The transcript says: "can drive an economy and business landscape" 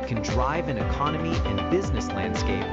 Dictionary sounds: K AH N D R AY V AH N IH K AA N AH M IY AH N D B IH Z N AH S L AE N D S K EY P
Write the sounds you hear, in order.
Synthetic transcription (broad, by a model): K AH N D R AY V AH N IH K AA N AH M IY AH N B IH Z N AH S L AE N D S K EY P